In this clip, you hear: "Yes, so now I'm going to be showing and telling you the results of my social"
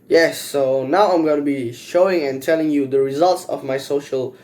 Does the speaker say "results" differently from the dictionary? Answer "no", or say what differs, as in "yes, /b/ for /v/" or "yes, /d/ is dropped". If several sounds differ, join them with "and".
no